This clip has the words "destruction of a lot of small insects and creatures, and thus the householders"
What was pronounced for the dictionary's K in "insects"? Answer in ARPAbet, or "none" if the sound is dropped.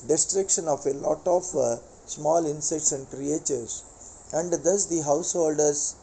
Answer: none